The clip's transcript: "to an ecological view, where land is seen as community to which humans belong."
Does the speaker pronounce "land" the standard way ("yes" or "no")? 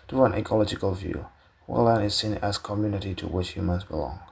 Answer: no